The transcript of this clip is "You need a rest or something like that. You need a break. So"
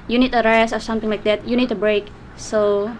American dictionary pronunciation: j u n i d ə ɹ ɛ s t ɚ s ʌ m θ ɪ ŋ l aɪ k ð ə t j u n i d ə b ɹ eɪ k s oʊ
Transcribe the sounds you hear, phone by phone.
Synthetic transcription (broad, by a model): j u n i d ə ɹ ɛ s ɚ s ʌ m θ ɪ ŋ l aɪ k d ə t j u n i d ə b ɹ eɪ k s oʊ